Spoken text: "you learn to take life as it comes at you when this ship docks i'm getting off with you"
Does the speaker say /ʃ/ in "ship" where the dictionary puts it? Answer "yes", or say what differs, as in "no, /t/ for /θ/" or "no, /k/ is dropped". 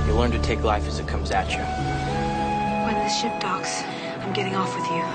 yes